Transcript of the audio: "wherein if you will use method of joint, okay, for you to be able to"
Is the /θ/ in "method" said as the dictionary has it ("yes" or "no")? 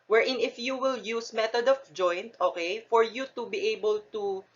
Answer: no